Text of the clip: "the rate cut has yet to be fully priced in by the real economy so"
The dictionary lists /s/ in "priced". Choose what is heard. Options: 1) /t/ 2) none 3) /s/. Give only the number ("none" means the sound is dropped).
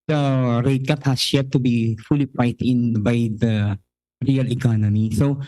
2